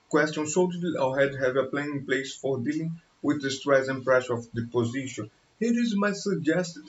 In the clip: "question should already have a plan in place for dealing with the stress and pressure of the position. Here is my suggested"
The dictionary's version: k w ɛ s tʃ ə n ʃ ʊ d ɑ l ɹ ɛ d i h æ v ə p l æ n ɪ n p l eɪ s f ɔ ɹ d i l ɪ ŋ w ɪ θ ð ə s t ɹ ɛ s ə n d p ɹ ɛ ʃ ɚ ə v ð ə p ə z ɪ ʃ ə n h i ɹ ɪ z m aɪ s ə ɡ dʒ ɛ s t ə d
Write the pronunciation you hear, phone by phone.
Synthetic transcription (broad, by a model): k w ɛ s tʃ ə n s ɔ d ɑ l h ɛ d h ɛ v ə p l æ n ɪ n p l eɪ s f ɔ ɹ d i l ɪ ŋ w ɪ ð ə s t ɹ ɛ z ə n p ɹ ɛ ʃ ɚ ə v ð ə p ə z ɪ ʃ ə n h i ɹ ɪ z m aɪ s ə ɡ dʒ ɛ s t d